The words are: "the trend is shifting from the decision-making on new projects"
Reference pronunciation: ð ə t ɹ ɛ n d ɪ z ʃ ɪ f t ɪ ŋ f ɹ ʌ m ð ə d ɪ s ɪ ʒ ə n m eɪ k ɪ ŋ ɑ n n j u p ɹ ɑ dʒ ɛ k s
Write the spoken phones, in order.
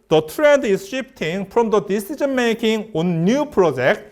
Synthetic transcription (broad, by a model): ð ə t ɹ ɛ n d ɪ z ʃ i p t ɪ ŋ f ɹ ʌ m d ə d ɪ s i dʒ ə n m eɪ k ɪ ŋ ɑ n n j u p ɹ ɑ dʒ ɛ k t